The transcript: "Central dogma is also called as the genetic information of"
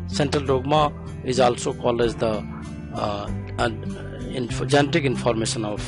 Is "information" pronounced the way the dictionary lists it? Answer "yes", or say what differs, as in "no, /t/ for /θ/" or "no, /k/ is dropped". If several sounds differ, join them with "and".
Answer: no, /s/ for /ʃ/